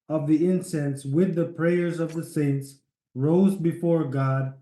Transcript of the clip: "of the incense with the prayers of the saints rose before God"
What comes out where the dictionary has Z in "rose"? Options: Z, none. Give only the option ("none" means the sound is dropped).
Z